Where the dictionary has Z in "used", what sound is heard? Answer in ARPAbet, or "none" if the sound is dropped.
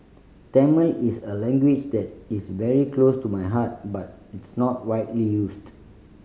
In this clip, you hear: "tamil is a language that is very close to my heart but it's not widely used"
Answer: S